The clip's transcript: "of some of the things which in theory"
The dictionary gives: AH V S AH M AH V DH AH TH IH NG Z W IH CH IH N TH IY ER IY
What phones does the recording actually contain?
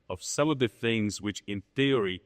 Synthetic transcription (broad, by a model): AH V S AH M AH V DH AH TH IH NG Z W IH CH IH N TH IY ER IY